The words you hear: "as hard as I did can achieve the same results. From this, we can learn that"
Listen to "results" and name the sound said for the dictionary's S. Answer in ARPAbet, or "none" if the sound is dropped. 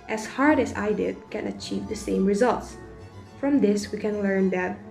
S